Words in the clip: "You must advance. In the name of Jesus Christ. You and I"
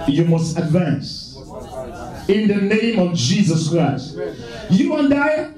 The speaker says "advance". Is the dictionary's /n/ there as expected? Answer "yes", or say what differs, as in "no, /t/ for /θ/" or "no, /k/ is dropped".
yes